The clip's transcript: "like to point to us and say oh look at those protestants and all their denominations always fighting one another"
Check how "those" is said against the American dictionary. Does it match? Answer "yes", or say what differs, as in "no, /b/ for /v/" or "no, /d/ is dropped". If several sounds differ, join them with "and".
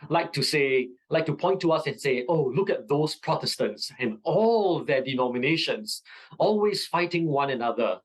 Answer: no, /s/ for /z/